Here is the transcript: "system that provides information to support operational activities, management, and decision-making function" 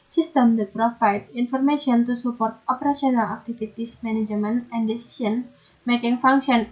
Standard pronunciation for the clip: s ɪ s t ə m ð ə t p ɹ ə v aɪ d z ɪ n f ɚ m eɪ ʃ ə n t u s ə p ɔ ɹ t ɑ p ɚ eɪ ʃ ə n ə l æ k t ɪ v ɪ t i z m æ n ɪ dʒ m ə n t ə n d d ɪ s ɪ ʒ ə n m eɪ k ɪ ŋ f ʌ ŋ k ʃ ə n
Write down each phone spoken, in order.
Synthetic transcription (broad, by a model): s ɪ s t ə m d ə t p ɹ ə f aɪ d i n f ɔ m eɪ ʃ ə n t u s ə p ɔ ɹ t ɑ p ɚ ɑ s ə n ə l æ k t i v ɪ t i s m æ n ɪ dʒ m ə n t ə n d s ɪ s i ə n m eɪ k ɪ ŋ f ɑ ŋ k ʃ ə n